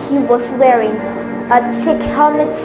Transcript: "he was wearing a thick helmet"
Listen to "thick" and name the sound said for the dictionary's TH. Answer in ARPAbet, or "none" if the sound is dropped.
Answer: S